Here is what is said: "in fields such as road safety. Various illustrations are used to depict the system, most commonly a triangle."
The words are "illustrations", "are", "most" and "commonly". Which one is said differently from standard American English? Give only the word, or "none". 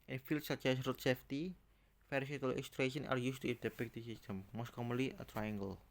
illustrations